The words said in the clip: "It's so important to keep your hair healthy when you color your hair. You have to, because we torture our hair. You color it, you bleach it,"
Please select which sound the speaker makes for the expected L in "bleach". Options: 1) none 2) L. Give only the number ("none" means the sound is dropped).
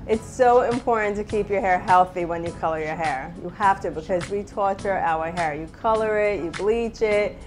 2